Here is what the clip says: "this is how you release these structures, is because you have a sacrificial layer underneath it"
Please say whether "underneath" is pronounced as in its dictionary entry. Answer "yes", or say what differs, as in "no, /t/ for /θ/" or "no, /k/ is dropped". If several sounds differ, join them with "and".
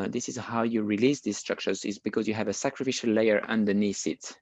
no, /s/ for /θ/